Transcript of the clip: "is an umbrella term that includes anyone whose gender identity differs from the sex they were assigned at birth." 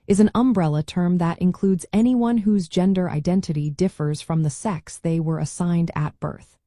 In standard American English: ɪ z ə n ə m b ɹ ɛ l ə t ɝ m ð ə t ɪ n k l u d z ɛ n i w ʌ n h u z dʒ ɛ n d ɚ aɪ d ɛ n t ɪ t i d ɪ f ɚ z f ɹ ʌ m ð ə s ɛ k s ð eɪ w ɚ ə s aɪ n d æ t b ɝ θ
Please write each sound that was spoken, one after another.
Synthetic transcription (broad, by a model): ɪ z ə n ə m b ɹ ɛ l ə t ɝ m ð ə t ɪ n k l u d z ɛ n i w ʌ n h u z dʒ ɛ n d ɚ aɪ d ɛ n t ɪ t i d ɪ f ɚ z f ɹ ʌ m ð ə s ɛ k s ð eɪ w ɚ ə s aɪ n d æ t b ɝ θ